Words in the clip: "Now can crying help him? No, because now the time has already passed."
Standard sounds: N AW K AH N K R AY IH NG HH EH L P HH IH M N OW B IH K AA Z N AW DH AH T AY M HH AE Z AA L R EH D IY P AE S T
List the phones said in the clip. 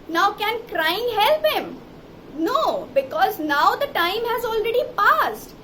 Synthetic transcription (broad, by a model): N AW K AH N K R AY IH NG HH EH L P HH IH M N OW B IH K AA Z N AW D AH T AY M HH AE Z AA L R EH D IY P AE S T